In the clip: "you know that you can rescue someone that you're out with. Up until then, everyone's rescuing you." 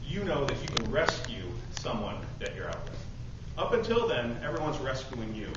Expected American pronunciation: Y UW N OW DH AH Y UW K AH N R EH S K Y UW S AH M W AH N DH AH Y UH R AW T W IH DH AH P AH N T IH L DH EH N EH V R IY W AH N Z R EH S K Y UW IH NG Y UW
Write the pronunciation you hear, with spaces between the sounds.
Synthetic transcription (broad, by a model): Y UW N OW DH AH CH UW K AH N R EH S K Y UW S AH M W AH N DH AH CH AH R AW T W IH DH AH P AH N T IH L DH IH N EH V R IY W AH N Z R EH S K Y UW IH NG Y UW